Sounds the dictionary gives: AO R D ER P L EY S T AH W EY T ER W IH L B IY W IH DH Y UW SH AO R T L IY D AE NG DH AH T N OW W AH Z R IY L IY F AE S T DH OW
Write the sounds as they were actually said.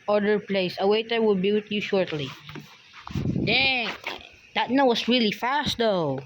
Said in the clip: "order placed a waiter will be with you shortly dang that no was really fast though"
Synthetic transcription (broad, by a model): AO R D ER P L EY S AH W EY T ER W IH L B IY W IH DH Y UW SH AO R T L IY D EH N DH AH T N OW W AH S R IY L IY F AE S T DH OW